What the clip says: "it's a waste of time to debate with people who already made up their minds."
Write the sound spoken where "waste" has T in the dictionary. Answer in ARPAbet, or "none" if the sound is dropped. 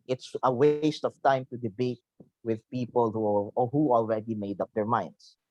T